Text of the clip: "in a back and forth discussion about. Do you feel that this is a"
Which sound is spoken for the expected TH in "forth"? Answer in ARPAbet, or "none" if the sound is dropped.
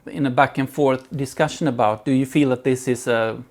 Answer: TH